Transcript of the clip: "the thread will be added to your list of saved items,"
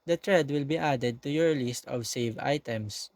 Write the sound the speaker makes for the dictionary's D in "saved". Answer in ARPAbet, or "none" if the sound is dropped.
none